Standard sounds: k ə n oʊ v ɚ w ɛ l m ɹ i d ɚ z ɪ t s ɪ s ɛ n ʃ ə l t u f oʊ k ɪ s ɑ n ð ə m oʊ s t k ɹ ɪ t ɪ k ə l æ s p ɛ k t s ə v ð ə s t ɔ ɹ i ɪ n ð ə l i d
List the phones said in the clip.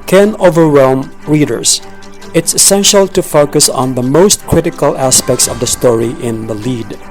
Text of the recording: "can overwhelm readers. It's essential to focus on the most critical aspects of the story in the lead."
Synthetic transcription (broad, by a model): k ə n oʊ v ɚ w ɛ l m ɹ i d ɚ s ɪ t s ɪ s ɛ n ʃ ə l t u f oʊ k ɪ s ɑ n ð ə m oʊ s t k ɹ ɪ t ɪ k ə l æ s p ɛ k t s ə v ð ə s t ɔ ɹ i ɪ n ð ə l i d